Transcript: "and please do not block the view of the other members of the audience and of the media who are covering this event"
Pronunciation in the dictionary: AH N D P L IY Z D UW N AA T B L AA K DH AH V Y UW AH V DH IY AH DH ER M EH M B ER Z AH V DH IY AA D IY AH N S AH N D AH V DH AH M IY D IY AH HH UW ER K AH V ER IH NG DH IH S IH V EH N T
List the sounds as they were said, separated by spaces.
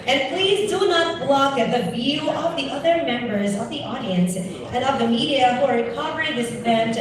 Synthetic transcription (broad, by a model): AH N P L IY Z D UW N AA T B L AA K DH AH V Y UW AH V DH IY AH DH ER M EH M B ER Z AH V DH IY AA D IY AH N S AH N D AH V DH AH M IY D IY AH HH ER K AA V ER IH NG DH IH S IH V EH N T